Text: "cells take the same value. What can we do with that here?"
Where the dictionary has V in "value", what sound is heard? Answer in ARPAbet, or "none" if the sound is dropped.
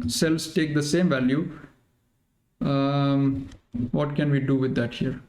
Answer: V